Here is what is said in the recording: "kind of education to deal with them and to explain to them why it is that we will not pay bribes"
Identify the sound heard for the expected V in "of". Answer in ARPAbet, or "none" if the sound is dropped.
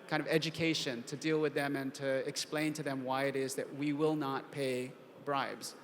V